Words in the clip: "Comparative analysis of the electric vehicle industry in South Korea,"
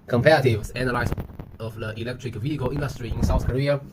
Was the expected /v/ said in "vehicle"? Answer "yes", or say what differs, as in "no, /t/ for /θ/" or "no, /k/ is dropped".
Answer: yes